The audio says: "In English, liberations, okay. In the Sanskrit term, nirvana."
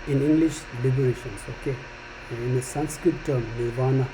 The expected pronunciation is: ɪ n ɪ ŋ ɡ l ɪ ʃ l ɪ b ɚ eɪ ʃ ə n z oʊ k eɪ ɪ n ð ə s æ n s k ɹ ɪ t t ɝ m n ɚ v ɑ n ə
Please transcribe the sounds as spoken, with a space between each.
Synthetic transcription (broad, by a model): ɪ n ɪ ŋ ɡ l ɪ ʃ l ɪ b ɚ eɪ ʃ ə n s oʊ k eɪ ɪ n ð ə s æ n s k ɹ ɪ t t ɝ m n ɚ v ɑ n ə